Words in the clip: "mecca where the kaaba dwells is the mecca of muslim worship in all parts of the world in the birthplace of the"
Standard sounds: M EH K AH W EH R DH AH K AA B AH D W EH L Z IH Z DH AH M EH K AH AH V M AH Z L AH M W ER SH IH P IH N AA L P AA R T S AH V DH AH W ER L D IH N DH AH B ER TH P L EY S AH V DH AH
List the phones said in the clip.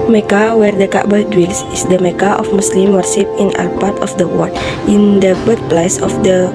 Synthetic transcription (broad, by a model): M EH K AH W EH R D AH K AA B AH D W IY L S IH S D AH M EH K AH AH F M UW S L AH M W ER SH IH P IH N AA L P AA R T AH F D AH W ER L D IH N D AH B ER T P L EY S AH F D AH